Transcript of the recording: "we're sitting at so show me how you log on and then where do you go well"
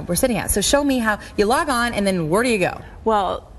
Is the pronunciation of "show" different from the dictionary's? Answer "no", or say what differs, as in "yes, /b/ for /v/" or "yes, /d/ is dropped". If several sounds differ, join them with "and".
no